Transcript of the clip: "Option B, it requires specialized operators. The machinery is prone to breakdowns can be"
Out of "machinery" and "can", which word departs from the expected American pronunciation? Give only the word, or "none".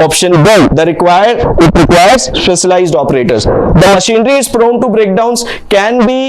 none